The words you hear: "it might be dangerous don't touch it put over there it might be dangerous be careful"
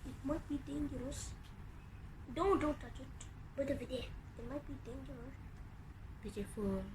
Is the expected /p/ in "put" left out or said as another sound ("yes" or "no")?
yes